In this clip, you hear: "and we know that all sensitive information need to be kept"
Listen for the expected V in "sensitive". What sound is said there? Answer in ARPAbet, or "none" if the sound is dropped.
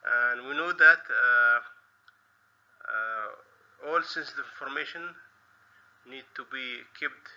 none